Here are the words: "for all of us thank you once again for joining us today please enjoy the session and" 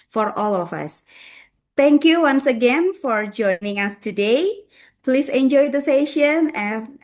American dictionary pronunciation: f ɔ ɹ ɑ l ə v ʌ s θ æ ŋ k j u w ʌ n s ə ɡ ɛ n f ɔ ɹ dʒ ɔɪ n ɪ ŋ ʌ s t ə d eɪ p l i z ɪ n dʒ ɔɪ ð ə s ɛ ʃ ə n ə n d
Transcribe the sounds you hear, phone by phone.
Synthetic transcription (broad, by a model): f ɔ ɹ ɑ l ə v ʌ s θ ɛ ŋ k j u w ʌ n s ə ɡ ɛ n f ɔ ɹ dʒ ɔɪ n ɪ ŋ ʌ s t ə d eɪ p l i s ɪ n dʒ ɔɪ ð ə s ɛ ʃ ə n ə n